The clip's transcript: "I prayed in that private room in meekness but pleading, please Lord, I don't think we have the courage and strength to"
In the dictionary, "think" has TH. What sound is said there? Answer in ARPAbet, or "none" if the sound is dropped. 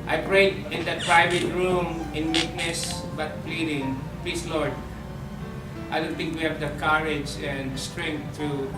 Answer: T